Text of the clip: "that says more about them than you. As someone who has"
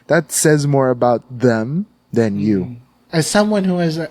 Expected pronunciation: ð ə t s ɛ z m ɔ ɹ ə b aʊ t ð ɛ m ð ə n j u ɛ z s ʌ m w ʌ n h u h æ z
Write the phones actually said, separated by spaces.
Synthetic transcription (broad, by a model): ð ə t s ɛ z m ɔ ɹ ə b aʊ t ð ɛ m ð ə n j u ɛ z s ʌ m w ʌ n h u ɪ z